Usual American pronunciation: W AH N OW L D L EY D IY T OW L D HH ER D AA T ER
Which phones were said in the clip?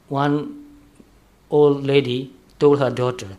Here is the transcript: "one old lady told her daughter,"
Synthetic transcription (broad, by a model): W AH N OW L D L EY D IY T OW L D HH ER D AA T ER